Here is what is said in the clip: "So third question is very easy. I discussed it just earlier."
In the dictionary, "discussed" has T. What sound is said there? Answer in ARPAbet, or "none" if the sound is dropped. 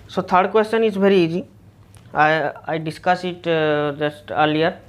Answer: none